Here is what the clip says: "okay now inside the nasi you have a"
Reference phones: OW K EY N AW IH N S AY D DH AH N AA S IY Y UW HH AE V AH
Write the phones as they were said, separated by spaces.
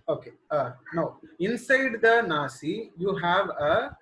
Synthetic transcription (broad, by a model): OW K EY N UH IH N S AY D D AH N AA S IY Y UW HH AE V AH